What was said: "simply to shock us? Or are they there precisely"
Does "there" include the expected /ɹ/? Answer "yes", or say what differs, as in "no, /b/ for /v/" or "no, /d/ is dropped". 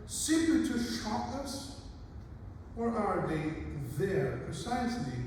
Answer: yes